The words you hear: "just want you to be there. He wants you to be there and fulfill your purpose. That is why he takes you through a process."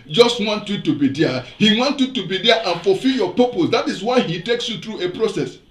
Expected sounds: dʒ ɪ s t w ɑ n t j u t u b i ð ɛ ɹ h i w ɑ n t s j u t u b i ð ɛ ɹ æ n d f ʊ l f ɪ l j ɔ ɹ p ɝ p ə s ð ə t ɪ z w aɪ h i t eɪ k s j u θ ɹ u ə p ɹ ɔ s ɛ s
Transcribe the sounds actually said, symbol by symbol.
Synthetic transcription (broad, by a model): dʒ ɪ s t w ɑ n t j u t u b i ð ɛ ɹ h i w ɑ n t j u t u b i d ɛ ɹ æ n f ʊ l f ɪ l j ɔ p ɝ p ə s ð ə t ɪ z w aɪ h i t eɪ k s j u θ ɹ u ə p ɹ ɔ s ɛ s